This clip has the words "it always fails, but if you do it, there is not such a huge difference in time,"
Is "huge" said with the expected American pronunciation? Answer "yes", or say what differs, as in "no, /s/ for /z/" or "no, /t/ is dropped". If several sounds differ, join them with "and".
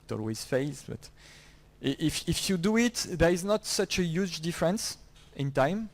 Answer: yes